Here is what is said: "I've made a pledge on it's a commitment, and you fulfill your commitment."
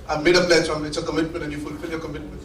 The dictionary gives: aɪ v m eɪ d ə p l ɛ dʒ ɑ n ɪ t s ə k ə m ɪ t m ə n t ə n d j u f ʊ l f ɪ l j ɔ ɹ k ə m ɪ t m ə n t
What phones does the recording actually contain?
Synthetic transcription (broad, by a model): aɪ m eɪ d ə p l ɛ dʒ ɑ l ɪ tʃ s ə k ə m ɪ t m ə n t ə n j u f ʊ l f ɪ l j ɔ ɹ k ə m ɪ t m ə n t